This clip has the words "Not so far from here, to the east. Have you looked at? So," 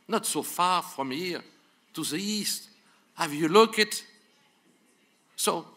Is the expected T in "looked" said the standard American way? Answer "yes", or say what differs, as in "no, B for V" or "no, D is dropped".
no, T is dropped